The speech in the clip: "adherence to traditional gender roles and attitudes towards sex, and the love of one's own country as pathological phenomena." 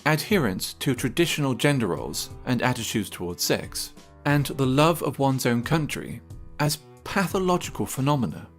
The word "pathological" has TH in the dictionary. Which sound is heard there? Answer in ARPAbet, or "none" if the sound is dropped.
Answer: TH